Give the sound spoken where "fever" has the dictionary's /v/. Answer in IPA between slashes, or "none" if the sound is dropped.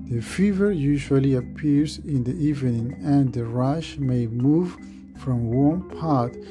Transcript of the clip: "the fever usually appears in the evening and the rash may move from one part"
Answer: /v/